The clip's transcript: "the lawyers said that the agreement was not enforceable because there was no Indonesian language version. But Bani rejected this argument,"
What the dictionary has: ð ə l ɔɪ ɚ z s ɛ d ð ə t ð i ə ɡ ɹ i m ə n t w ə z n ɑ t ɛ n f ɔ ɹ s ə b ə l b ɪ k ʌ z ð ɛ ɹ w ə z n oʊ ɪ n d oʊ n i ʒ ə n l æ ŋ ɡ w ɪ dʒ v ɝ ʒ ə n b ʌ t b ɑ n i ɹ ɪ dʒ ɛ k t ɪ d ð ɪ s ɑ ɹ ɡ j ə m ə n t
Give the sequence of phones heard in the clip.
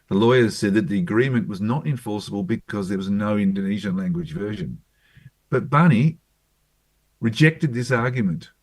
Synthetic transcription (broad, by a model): ð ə l ɔɪ ɚ z s ɛ d ð ə t ð i ə ɡ ɹ i m ə n t w ə z n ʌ t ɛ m f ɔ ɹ s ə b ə l b ɪ k ʌ z ð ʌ ɹ w ə z n oʊ ɪ n d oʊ n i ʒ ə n l æ ŋ ɡ w ɪ dʒ v ɝ ʒ ə n b ʌ t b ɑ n i ɹ ɪ dʒ ɛ k t ɪ d ð ɪ s ɑ ɹ ɡ j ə m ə n t